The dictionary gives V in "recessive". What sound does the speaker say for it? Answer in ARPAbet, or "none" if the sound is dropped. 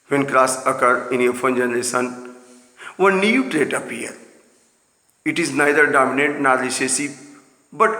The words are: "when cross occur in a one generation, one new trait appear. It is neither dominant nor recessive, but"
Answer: B